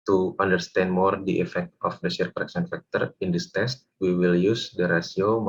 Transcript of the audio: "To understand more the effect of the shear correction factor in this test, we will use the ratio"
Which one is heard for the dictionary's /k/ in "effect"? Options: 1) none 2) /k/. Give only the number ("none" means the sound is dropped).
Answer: 2